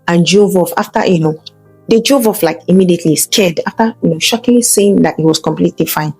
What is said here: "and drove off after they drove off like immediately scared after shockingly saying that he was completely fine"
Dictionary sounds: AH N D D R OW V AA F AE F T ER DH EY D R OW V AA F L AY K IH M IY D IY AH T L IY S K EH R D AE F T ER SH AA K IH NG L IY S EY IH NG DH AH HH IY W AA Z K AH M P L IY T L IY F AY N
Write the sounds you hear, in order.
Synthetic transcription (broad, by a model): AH N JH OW V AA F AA F T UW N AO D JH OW V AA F L AY K IH M IY D IY AH T L IY S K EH D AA F T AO SH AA K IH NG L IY S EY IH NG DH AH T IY W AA S K AH M P L IY T L IY F AY N